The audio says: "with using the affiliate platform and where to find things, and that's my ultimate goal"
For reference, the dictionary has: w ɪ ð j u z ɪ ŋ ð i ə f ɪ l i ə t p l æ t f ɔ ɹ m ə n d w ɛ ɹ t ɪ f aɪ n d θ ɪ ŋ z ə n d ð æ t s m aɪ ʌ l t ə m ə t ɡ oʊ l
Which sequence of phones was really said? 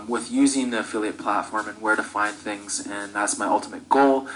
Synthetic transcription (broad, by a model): w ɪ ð j u z ɪ ŋ ð i ə f ɪ l i ə t p l æ t f ɔ ɹ m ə n w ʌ ɹ t ɪ f aɪ n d θ ɪ ŋ z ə n ð æ t s m aɪ ʌ l t ə m ə t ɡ oʊ l